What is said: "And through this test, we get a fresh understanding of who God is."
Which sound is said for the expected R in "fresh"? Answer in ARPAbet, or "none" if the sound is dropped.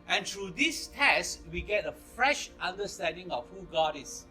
R